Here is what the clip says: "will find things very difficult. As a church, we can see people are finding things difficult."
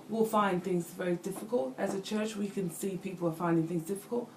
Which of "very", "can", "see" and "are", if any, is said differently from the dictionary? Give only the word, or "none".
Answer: none